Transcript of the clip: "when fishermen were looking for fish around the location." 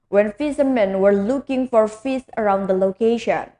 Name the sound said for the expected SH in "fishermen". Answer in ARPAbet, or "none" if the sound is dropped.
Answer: S